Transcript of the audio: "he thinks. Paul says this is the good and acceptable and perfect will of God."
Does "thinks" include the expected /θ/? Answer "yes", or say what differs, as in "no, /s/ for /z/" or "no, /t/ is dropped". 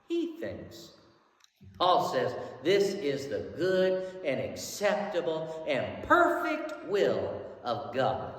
yes